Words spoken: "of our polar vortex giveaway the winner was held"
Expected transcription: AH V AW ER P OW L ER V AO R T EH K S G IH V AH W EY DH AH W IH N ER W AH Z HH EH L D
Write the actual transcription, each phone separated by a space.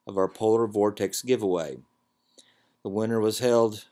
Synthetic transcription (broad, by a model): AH V AW ER P OW L ER V AO R T EH K S G IH V AH W EY DH AH W IH N ER W AH Z HH EH L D